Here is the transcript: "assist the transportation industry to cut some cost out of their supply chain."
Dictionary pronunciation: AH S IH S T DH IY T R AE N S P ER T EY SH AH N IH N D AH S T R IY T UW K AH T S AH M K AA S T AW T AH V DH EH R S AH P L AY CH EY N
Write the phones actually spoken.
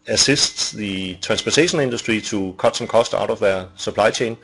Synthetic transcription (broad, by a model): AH S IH S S DH IY S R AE N S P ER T EY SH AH N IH N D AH S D R IY S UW K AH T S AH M K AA S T AW T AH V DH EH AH S AH P L AY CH EY N